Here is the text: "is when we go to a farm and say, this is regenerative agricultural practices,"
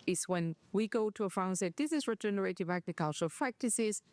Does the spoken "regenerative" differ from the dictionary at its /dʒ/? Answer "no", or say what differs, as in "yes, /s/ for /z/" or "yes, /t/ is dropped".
no